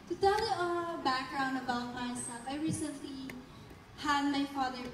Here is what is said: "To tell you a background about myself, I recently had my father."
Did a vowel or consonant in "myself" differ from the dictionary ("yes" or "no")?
yes